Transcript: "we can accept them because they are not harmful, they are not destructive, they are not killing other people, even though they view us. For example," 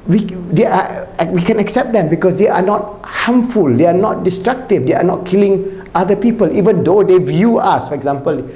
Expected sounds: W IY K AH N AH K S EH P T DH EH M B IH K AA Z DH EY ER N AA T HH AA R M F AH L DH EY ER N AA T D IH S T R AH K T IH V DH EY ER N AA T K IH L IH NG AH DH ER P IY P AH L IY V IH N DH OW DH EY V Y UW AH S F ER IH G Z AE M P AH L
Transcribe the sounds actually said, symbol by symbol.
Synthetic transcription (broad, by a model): W IY K AH N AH K S EH P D EH M B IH K AA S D EY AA N AA T HH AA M F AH L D EY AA N AA T D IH S T R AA K T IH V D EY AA N AA T K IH L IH NG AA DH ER P IY P AH L IY V IH N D OW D EY V Y UW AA S F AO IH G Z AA M P AH L